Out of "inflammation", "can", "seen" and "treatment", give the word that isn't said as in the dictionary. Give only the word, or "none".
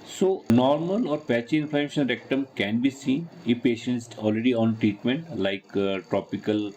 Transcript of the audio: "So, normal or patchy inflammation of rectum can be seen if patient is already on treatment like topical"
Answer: inflammation